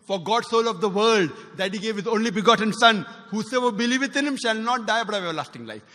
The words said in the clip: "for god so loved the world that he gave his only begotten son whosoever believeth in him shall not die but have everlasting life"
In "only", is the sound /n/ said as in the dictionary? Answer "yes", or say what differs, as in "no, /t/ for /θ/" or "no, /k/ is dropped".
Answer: yes